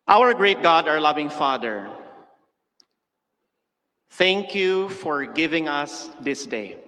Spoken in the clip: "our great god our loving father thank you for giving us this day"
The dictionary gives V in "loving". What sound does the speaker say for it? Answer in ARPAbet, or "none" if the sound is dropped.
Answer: V